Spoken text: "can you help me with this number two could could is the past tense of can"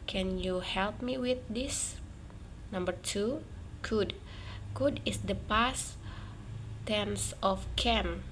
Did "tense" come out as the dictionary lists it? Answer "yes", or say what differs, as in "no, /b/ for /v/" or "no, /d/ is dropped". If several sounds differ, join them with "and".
yes